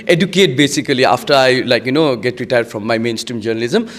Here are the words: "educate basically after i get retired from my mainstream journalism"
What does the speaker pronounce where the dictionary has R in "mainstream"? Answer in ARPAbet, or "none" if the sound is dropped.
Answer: R